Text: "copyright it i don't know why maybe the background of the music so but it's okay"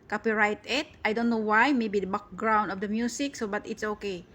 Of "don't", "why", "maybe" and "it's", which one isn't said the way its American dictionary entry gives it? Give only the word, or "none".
none